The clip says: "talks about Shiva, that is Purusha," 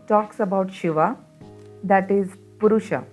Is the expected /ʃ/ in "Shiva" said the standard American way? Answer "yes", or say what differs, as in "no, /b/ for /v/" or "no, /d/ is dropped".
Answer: yes